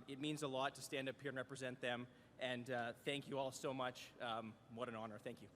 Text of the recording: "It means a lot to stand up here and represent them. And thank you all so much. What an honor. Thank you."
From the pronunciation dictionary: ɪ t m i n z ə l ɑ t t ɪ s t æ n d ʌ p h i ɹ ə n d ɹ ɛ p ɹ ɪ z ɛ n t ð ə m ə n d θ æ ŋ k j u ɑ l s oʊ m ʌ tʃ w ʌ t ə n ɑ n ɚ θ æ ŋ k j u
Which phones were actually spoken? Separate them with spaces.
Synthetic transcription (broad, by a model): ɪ t m i n z ə l ɑ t t ɪ s t æ n d ʌ p h i ɹ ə n ɹ ɛ p ɹ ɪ z ɛ n ð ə m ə n θ æ ŋ k j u ɑ l s oʊ m ʌ tʃ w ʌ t ə n ɑ n ɚ θ æ ŋ k j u